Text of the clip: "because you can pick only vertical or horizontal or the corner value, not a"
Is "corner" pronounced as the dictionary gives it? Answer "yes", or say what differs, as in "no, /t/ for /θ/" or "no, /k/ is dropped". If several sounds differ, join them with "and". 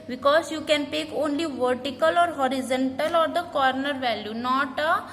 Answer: yes